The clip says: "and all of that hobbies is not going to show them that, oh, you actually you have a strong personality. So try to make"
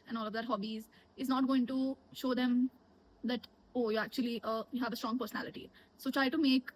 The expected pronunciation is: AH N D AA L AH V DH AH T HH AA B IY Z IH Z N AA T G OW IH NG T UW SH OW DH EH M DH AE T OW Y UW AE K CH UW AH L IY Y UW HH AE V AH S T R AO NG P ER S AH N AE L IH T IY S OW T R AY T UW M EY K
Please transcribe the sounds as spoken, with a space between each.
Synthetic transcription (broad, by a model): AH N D AA L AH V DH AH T HH AA B IY Z IH Z N AA T G OW IH NG T UW SH OW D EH M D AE T OW Y UW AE K CH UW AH L IY Y UW HH AE V AH S T R AO NG P ER S AH N AE L IH T IY S OW T R AY T UW M EY K